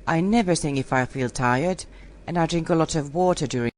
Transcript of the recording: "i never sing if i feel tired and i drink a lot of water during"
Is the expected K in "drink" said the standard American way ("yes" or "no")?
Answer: yes